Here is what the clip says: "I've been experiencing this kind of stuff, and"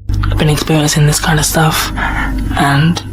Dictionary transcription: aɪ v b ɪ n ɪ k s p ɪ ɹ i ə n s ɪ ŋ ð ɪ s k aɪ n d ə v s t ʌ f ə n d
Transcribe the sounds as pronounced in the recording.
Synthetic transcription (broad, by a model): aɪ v b ɪ n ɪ k s p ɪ ɹ i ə n s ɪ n ð ɪ s k aɪ n d ə v s t ʌ f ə n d